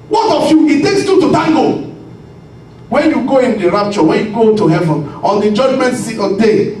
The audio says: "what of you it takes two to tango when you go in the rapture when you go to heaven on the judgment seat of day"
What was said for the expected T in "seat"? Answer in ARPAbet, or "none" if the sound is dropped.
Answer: none